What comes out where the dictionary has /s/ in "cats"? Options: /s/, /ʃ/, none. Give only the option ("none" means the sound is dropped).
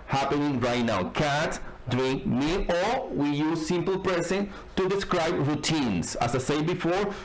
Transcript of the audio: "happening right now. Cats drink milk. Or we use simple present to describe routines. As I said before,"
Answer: none